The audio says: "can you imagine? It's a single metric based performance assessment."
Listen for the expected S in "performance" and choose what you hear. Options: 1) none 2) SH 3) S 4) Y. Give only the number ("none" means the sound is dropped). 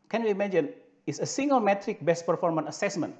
1